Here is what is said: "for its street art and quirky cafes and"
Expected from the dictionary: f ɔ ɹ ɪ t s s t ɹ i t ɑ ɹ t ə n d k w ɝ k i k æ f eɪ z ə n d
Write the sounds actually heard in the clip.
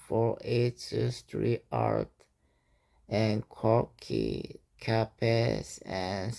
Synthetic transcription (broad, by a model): f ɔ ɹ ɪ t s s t ɹ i ɑ ɹ t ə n k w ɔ k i k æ p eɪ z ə n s